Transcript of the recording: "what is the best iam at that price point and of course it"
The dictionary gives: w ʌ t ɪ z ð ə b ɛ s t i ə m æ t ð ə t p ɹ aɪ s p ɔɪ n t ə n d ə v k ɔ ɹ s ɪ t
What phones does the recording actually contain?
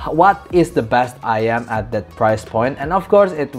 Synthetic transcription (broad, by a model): w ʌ t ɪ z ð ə b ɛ s t i ə m æ t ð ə t p ɹ aɪ s p ɔɪ n t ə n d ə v k ɔ ɹ s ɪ t